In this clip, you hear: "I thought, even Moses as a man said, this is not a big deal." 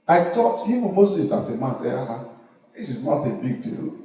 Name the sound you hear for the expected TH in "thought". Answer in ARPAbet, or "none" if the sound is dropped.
T